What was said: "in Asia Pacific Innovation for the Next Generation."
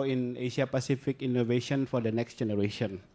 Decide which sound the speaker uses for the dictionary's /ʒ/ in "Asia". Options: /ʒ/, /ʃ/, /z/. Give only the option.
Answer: /ʃ/